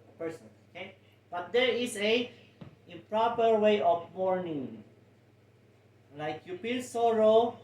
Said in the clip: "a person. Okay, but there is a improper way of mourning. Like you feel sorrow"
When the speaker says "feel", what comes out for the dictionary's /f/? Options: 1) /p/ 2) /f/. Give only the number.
1